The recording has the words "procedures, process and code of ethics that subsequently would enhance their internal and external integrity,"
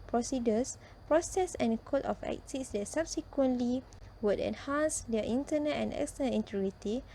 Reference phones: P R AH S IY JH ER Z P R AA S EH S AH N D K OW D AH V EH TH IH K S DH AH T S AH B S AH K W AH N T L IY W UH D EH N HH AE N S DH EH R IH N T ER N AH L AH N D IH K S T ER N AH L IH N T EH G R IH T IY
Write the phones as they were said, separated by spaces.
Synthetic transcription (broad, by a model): P R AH S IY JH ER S P R AA S EH S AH N K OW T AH F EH T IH S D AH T S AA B S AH K W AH N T L IY W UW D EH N HH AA N S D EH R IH N T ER N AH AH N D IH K S T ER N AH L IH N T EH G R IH T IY